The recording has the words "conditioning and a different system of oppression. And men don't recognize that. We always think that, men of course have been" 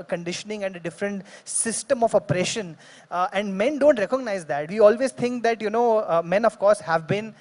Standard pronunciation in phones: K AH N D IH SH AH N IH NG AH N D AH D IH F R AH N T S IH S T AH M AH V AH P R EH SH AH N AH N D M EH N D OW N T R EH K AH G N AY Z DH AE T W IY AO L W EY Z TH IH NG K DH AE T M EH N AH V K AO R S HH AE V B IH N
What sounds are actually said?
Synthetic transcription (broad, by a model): K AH N D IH SH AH N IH NG AH N D AH D IH F R AH N T S IH S T AH M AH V AH P R EH SH AH N AH N D M EH N D OW N T R EH K AH G N AY Z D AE T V IY AO L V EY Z T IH NG K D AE T M EH N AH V K AO R S HH AE V B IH N